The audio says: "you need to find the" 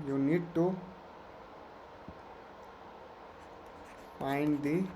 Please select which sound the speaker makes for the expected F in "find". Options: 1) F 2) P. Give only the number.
2